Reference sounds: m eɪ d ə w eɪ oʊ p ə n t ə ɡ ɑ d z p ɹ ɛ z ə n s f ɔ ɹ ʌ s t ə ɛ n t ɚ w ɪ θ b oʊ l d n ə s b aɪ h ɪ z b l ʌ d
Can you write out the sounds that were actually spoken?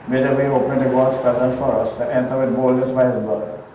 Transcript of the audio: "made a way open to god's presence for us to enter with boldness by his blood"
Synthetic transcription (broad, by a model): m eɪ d ə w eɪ oʊ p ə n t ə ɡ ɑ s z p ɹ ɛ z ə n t f ɔ ɹ ʌ s t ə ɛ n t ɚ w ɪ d b oʊ l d ə s b aɪ h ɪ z b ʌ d